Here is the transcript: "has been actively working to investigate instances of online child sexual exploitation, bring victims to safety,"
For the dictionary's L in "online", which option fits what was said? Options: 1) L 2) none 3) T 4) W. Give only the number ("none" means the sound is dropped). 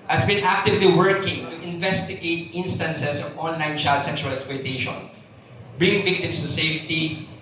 1